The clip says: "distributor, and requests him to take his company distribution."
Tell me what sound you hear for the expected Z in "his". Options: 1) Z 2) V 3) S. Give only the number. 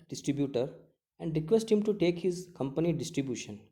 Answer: 1